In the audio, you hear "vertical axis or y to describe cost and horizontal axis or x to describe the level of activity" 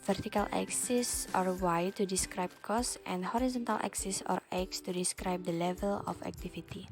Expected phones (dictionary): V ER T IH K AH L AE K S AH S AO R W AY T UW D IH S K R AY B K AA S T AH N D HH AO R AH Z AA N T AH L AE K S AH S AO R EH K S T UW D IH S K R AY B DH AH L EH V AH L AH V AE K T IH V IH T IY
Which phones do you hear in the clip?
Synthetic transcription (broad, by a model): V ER T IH K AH L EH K S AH S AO R W AY T UW D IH S K R AY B K AA S T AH N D HH AO R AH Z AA N T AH L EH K S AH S AO R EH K S T UW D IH S K R AY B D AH L EH V AH L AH F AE K T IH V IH T IY